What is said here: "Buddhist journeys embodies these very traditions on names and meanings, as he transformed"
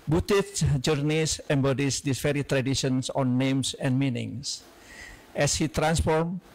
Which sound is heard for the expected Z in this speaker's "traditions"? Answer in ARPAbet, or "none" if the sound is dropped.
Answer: S